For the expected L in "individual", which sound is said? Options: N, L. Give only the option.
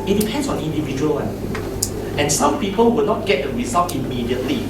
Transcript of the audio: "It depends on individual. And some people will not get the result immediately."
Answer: N